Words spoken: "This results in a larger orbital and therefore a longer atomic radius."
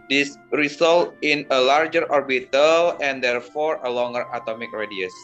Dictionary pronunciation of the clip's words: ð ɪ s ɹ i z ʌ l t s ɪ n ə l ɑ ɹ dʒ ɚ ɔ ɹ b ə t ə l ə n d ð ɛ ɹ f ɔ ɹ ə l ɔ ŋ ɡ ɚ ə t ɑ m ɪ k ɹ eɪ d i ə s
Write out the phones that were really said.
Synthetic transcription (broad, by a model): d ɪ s ɹ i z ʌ l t ɪ n ə l ɑ ɹ dʒ ɚ ɔ ɹ b ə t ə l ə n d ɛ ɹ f ɔ ɹ ə l ɔ ŋ ɡ ɚ ə t ɑ m ɪ k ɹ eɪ d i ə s